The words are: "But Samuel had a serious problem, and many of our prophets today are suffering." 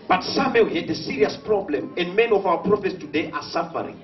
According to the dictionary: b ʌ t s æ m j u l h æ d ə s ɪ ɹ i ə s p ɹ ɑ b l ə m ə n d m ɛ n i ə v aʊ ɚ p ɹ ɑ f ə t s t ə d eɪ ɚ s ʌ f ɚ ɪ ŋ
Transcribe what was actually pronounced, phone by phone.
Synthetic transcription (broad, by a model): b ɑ t s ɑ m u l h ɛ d ə s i ɹ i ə s p ɹ ɑ b l ə m ə n d m ɛ n i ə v aʊ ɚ p ɹ ɑ f ə t s t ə d eɪ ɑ s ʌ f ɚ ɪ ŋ